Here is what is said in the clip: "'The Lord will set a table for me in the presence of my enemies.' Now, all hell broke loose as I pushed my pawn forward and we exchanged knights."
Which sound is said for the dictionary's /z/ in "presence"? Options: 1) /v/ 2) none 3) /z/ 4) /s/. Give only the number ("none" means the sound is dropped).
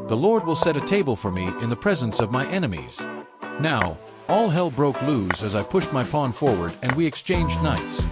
3